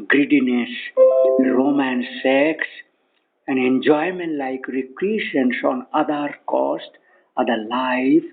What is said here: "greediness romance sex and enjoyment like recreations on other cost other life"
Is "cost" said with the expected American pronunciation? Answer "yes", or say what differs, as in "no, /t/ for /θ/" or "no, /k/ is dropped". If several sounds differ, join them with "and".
yes